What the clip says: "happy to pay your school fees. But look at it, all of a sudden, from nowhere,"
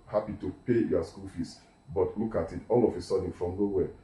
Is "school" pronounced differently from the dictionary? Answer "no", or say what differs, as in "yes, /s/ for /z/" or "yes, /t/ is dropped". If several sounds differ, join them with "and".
no